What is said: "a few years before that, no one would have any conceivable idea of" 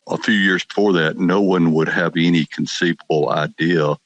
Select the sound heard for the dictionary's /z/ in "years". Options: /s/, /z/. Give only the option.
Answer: /z/